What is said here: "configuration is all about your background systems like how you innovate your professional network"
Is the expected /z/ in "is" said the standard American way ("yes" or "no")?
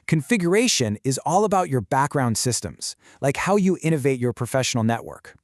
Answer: yes